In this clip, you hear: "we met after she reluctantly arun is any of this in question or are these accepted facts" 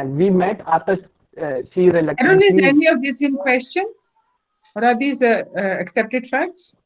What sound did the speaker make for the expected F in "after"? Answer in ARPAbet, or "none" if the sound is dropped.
none